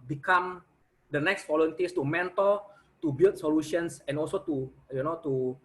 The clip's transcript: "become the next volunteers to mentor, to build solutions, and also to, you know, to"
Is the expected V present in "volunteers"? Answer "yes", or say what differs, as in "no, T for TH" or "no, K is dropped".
no, F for V